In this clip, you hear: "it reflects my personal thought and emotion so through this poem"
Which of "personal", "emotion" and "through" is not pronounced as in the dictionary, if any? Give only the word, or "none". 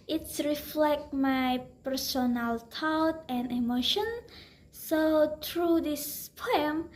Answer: through